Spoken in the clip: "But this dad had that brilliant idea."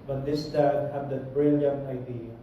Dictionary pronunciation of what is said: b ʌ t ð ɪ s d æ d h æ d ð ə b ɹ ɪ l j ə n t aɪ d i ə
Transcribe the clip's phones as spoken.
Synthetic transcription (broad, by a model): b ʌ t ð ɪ s d æ d h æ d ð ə b ɹ ɪ l j ə n t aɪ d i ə